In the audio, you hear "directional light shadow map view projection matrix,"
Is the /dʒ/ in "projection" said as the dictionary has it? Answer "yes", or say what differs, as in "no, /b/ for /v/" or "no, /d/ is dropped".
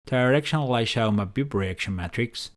no, /dʒ/ is dropped